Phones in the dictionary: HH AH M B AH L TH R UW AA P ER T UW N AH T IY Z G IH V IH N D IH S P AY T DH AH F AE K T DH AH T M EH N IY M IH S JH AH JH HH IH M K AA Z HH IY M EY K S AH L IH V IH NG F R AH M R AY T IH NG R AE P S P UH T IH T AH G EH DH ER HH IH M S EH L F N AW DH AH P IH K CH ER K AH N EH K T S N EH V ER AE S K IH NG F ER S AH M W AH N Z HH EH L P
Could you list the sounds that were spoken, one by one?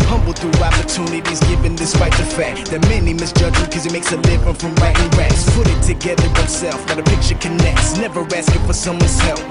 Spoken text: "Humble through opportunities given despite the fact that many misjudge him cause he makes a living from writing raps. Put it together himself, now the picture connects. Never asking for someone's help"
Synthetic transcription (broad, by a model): HH AH M B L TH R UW AA P ER T UW N AH T IY Z G IH V IH N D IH S P AY T DH AH F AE K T DH AH T M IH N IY M IH S JH AH JH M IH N K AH Z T M EY K S AH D IH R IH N F R AH M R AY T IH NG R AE S P UH T IH T AH G EH DH ER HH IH S EH L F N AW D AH P IH K CH ER K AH N EH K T S N EH V ER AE S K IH F ER S AH M W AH N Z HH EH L